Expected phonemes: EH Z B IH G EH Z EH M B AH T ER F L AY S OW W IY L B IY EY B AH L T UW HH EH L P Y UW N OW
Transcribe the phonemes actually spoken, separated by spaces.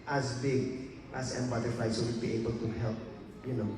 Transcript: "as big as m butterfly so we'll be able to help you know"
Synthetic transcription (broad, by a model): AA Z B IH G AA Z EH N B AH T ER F AY S OW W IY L B IY EY B AH L T UW HH EH L P Y UW N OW